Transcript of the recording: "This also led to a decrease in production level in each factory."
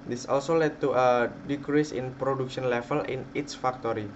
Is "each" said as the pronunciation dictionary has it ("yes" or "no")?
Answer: no